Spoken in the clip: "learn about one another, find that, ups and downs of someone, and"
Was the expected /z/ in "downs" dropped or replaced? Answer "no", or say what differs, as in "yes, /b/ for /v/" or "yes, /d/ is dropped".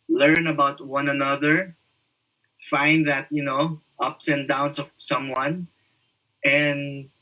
yes, /s/ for /z/